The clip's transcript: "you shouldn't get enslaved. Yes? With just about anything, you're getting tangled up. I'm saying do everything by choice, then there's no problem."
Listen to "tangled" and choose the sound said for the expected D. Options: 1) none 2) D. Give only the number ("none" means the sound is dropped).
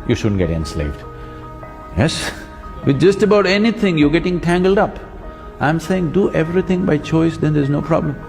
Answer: 2